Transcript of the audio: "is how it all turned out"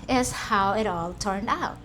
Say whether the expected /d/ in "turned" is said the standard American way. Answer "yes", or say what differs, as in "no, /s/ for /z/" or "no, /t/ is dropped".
yes